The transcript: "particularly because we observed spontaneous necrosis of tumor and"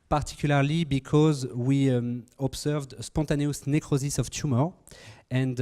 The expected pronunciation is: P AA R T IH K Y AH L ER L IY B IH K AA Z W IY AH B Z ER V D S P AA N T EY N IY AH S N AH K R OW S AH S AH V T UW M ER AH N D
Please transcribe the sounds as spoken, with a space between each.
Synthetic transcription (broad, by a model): P AA R T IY K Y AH L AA L IY B IH K AA Z W IY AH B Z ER V D S P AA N T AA N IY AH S N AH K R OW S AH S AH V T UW M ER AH N D